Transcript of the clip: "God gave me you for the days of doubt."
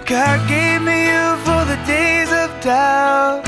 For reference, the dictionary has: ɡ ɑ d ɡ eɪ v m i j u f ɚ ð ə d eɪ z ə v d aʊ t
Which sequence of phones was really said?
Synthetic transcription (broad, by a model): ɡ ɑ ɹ ɡ eɪ v m i j u f ɚ ð ə d eɪ z ə v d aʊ